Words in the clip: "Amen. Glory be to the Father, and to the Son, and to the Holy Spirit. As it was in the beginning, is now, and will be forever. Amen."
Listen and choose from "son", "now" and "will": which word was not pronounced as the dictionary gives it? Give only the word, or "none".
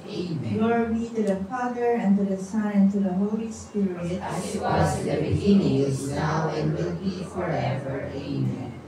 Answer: son